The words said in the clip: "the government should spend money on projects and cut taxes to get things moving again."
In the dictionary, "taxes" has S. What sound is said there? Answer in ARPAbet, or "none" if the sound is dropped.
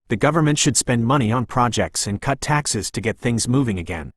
S